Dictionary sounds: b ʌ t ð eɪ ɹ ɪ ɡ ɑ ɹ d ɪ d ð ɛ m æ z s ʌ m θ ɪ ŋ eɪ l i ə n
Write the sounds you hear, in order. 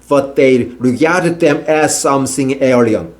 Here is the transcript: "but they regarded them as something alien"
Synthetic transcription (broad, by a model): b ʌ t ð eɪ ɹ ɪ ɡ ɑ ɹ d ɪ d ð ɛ m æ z s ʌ m s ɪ ŋ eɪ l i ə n